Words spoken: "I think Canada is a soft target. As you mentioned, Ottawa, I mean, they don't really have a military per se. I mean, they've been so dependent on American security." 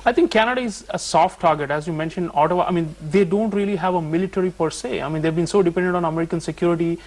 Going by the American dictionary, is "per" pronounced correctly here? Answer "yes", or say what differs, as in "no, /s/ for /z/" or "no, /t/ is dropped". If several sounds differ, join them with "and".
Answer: yes